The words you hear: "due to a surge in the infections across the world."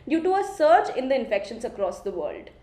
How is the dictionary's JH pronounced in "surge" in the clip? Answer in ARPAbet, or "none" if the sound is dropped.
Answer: CH